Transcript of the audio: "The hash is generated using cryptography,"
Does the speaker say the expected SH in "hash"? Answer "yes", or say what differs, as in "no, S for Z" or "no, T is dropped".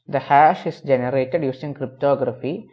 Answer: yes